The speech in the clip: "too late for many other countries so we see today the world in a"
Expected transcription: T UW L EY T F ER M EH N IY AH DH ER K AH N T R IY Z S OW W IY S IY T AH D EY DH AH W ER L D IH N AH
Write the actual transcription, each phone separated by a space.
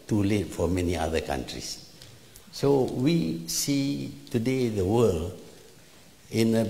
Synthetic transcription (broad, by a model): T UW L EY T F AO M EH N IY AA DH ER K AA N T R IY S S OW W IY S IY T AH D EY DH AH W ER L IH N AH